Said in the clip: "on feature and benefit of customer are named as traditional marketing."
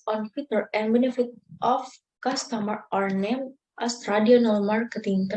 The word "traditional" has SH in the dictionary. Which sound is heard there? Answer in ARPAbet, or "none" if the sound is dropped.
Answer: none